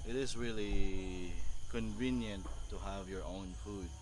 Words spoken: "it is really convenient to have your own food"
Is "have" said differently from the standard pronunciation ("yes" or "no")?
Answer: no